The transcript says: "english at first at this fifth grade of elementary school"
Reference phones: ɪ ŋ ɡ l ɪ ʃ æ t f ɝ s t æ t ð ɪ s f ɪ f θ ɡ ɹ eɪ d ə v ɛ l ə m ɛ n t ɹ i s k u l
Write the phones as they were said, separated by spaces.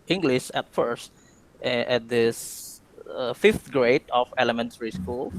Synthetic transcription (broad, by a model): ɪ ŋ ɡ l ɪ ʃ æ t f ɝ s t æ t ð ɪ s f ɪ f t ɡ ɹ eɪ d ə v ɛ l ə m ɛ n t ɹ i s k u l